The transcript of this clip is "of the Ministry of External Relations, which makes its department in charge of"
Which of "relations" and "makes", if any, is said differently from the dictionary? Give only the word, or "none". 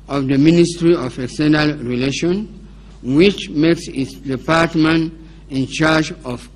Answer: relations